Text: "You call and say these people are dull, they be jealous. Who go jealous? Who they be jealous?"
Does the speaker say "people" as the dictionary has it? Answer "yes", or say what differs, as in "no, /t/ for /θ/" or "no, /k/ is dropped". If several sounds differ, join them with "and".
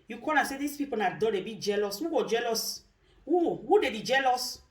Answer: no, /n/ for /l/